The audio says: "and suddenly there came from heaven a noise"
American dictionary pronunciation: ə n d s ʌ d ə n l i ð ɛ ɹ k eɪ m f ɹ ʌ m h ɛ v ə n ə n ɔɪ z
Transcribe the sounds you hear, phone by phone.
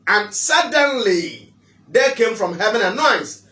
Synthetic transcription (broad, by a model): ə n s ʌ d ə n l i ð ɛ k eɪ m f ɹ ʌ m h ɛ v ə n ə n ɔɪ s